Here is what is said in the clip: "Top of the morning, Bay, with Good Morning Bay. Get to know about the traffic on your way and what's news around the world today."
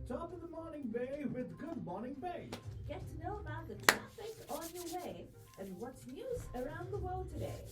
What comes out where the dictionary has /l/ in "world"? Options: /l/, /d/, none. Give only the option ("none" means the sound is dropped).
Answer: /l/